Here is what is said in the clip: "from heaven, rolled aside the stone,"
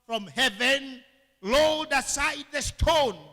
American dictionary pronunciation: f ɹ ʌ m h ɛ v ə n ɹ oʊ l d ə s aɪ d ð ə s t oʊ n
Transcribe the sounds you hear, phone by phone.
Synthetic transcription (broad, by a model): f ɹ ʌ m h ɛ v ə n l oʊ d ə s aɪ d ð ə s t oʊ n